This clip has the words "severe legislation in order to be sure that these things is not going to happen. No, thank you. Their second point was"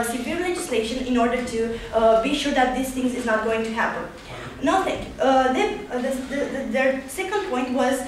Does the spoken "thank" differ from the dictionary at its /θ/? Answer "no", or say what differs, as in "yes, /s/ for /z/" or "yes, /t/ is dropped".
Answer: yes, /t/ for /θ/